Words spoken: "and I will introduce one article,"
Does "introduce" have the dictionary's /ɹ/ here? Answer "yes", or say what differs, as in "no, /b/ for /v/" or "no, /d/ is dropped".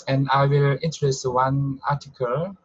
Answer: no, /ɹ/ is dropped